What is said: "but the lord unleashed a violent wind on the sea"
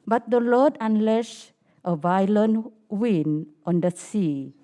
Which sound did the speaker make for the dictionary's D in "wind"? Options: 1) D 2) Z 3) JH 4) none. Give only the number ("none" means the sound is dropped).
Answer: 4